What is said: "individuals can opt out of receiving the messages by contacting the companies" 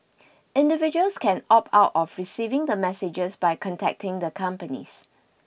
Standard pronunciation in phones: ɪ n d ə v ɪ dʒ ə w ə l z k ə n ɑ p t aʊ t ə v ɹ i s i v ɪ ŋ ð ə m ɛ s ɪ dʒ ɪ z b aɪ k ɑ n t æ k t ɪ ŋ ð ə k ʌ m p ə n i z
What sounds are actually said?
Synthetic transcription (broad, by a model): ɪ n d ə v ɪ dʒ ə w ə l s k ə n ɑ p aʊ t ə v ɹ i s i v ɪ ŋ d ə m ɛ s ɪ dʒ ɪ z b aɪ k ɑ n t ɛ k t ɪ ŋ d ə k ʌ m p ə n i s